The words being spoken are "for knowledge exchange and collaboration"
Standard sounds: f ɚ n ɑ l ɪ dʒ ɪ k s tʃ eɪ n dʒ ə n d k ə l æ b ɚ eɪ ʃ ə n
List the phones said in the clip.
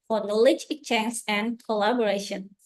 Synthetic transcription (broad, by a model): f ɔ n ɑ l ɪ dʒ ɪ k tʃ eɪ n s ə n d k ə l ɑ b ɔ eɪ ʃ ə n